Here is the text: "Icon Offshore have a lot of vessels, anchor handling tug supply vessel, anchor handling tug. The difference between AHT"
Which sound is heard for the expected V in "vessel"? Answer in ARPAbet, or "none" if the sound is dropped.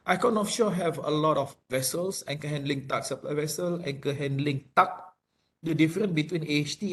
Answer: V